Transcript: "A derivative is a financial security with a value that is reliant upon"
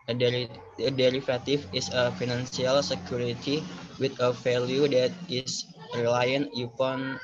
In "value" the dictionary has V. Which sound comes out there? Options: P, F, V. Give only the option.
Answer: F